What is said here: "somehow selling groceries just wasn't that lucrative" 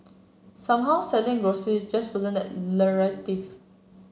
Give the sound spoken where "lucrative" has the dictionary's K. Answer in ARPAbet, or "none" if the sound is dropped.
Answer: none